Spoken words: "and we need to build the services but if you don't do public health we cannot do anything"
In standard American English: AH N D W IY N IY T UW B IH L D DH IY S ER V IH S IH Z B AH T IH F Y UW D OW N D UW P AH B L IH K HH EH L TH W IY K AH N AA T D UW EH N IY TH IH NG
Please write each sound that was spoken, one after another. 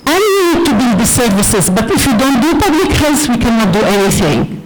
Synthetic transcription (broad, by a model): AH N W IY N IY T UW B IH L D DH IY S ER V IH S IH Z B AH T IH F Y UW D OW N D UW P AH B L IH K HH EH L S W IY K AH N AA T D UW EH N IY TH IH NG